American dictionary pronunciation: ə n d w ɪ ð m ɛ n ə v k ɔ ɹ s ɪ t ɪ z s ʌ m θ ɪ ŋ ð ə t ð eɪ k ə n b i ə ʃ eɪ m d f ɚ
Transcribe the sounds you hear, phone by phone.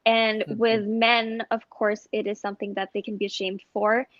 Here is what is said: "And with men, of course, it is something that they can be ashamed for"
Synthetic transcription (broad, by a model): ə n w ɪ ð m ɛ n ə v k ɔ ɹ s ɪ t ɪ z s ʌ m θ ɪ ŋ ð ə t ð eɪ k n b i ə ʃ eɪ m d f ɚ